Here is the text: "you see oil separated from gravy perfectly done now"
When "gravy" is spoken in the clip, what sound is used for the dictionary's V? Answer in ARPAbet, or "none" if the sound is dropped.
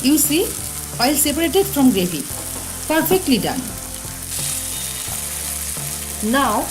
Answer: F